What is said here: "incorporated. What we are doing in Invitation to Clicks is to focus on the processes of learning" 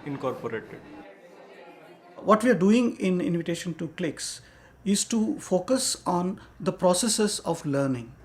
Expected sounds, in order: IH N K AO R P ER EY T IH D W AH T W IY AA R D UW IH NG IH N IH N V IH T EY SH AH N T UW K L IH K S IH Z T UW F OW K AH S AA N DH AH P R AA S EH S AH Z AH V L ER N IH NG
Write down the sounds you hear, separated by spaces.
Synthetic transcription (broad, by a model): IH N K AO R P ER EY T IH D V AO T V IY AA R D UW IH NG IH N IH N V IH T EY SH AH N T UW K L IH K S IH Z T UW F OW K AH S AA N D AH P R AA S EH S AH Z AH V L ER N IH NG